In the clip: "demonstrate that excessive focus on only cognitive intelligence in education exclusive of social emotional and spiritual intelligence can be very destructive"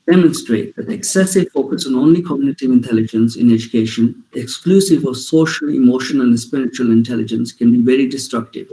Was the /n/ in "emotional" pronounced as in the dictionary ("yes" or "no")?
no